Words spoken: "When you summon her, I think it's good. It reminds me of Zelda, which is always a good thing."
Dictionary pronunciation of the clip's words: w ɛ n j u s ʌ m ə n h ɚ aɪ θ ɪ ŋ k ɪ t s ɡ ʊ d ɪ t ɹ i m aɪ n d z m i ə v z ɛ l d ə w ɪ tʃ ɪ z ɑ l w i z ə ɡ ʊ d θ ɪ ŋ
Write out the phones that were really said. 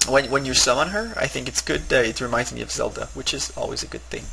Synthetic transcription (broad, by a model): w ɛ n j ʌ s ʌ m ə n ɚ aɪ θ ɪ ŋ k ɪ t s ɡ ʊ d ɪ t ɹ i m aɪ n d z m i ə v z ɛ l d ə w ɪ tʃ ɪ z ɑ l w i z ə ɡ ʊ d θ ɪ ŋ